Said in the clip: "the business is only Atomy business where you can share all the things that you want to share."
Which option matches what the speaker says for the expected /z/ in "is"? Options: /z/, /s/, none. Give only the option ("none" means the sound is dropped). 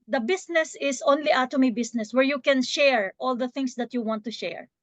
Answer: /s/